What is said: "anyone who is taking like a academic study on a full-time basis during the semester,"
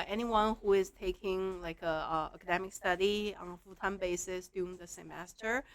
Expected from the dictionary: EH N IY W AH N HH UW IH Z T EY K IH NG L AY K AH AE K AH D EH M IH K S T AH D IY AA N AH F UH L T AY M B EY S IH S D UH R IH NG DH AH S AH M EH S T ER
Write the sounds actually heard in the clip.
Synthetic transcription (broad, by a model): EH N IY W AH N HH UW IH Z T EY K IH NG L AY K AH AE K AH D EH M IH K S T AH D IY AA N AH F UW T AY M B EY S IH S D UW IH NG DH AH S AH M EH S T ER